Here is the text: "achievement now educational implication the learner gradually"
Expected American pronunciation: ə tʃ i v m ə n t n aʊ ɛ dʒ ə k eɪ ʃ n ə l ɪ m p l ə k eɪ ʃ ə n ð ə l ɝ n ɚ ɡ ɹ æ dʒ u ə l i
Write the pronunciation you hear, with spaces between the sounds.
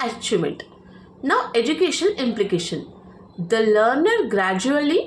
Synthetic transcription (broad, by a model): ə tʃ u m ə n t n aʊ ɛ dʒ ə k eɪ ʃ ə n ɪ m p l ə k eɪ ʃ ə n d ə l ɝ n ɚ ɡ ɹ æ dʒ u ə l i